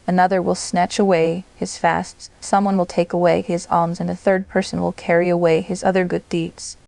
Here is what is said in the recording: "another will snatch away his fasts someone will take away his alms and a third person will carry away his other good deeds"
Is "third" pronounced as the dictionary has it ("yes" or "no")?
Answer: yes